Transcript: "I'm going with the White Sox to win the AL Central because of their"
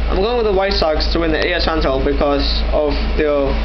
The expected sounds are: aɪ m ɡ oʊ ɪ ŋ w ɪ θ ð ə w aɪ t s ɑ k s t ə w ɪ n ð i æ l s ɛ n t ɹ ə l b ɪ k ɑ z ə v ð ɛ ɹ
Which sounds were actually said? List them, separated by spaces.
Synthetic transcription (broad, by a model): aɪ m ɡ oʊ ɪ ŋ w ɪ ð ə w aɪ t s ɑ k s t ə w ɪ n ð i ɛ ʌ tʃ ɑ n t ə l b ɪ k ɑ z ə v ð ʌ